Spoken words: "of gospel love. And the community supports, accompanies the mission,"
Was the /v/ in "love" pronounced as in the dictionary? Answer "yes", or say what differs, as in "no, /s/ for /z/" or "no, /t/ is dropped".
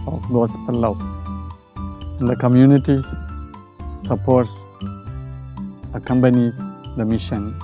no, /v/ is dropped